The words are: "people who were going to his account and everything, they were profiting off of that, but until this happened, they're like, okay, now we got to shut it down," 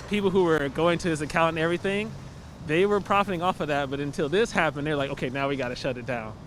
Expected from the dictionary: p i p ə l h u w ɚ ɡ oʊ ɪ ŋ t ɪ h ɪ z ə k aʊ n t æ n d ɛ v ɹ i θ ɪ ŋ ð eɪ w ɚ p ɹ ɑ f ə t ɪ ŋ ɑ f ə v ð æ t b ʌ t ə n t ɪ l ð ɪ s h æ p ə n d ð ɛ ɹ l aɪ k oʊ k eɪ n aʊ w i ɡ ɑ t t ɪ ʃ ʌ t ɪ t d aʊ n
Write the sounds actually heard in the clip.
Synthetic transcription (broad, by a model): p i p l h u w ɚ ɡ oʊ ɪ ŋ t ɪ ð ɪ s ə k aʊ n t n ɛ v ɹ i θ ɪ ŋ ð eɪ w ɚ p ɹ ɑ f ə t ɪ ŋ ɑ f ə v ð æ t b ʌ t ə n t ɪ l ð ɪ s h æ p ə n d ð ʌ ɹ l aɪ k oʊ k eɪ n aʊ w i ɡ ɑ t t ɪ ʃ ʌ t ɪ t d aʊ n